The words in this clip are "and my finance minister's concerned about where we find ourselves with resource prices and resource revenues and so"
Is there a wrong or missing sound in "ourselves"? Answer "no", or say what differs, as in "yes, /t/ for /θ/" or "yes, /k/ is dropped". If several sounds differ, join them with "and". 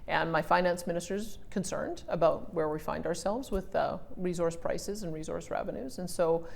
no